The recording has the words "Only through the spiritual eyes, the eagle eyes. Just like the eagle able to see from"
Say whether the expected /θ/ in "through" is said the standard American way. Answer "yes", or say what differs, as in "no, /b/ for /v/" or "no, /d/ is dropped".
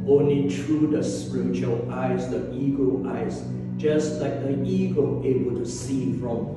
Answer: no, /t/ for /θ/